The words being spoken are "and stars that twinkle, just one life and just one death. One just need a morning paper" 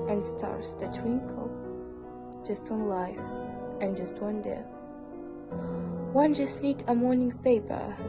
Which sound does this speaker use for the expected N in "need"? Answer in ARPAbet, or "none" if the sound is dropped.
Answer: L